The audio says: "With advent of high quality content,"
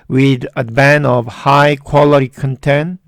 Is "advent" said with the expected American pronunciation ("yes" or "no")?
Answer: no